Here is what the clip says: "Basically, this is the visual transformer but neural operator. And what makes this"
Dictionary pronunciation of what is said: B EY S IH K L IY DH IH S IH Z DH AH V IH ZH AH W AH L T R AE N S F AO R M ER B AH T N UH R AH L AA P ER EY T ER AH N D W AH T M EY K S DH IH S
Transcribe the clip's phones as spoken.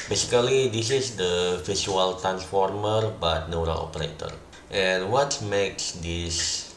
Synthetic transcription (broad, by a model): B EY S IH K L IY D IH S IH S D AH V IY S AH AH L T R AE N S F AO R M ER B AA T N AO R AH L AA P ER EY T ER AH N W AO T M EY K S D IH S